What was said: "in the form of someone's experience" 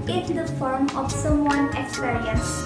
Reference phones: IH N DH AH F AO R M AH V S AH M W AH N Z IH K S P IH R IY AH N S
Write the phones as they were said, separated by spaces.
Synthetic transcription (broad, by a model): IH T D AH F AO R M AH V S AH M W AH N IH K S P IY R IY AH N S